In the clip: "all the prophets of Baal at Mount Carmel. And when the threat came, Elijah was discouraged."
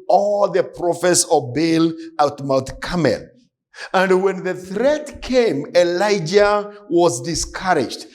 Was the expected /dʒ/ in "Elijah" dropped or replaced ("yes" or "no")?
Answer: no